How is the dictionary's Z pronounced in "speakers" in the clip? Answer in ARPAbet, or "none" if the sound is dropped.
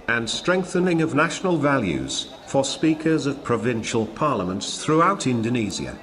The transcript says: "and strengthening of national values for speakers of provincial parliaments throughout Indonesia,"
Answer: Z